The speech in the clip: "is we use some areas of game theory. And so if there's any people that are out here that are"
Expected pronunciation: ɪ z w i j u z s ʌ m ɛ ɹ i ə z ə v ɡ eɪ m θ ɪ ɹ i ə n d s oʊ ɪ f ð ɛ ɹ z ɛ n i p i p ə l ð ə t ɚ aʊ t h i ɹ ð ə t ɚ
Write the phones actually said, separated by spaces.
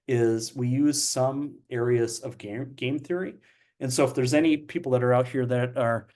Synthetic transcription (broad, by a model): ɪ z w i j u z s ʌ m ɛ ɹ i ə z ə v ɡ eɪ m θ ɪ ɹ i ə n s oʊ ɪ f ð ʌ ɹ z ɛ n i p i p l ð ə t ɚ aʊ t h i ɹ ð ə t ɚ